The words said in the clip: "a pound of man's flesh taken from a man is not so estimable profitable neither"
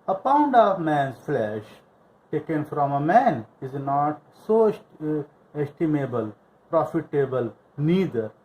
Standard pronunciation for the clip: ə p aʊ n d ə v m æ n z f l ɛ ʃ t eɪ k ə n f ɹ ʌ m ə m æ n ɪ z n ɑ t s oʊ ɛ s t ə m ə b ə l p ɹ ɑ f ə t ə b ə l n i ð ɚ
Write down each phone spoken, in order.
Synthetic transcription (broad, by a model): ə p aʊ n d ə v m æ n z f l ɛ ʃ t eɪ k ə n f ɹ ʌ m ə m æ n ɪ z n ɑ t s oʊ ɛ s t ə m ə b ə l p ɹ ɑ f ə t ə b ə l n i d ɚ